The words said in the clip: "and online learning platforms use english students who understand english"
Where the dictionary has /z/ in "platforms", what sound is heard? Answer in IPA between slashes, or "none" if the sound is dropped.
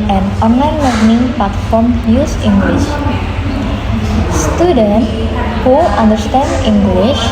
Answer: none